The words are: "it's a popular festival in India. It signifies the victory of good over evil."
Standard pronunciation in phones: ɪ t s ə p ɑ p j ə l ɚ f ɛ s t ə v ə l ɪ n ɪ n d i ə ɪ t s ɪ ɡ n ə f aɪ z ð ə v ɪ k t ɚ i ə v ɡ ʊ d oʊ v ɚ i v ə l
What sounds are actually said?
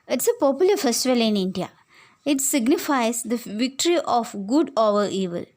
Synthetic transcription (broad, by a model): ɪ t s ə p ɑ p j ə l ɚ f ɛ s t ə v ə l ɪ n ɪ n d i ə ɪ t s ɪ ɡ n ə f aɪ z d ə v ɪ k t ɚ i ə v ɡ ʊ d oʊ v ɚ i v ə l